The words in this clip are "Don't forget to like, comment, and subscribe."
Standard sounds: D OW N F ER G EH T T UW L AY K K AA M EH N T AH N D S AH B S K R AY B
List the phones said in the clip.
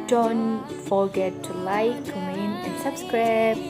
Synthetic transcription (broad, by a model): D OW N F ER G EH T T UW L AY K K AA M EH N AH N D S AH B S K R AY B